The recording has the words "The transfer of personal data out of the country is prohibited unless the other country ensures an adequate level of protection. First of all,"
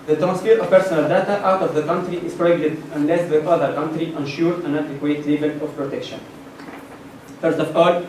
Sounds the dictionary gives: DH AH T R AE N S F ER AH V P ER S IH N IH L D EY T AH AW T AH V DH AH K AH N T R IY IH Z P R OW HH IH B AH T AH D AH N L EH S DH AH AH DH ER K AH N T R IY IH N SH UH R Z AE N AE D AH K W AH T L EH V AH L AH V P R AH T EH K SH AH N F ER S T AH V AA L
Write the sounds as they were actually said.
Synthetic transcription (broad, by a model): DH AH T R AE N S F ER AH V P ER S IH N IH L D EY T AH AW T AH V DH AH K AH N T R IY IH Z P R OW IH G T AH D AH N L EH S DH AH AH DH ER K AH N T R IY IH N SH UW R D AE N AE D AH K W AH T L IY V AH L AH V P R AH T EH K SH AH N F ER S T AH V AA L